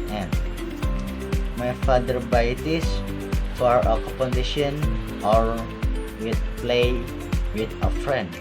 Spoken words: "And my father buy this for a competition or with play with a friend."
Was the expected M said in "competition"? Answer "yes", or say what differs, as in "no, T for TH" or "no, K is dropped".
no, M is dropped